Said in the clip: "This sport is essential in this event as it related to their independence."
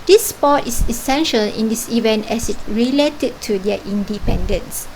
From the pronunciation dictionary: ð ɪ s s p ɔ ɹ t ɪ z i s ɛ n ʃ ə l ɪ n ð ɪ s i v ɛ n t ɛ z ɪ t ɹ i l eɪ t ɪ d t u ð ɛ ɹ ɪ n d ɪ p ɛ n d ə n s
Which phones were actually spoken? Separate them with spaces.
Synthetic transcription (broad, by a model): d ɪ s s p ɔ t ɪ s i s ɛ n ʃ ə l ɪ n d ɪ s i v ɛ n t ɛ s ɪ t ɹ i l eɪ t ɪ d t u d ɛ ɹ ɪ n d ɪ p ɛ n d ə n s